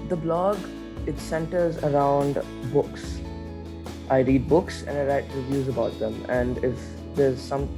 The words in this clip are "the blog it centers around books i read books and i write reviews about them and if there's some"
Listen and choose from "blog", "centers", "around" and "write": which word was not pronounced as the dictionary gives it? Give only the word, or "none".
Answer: none